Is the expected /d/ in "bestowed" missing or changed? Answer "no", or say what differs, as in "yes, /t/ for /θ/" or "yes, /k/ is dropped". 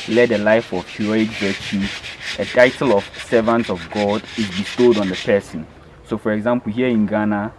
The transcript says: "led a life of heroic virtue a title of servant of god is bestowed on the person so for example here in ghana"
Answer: no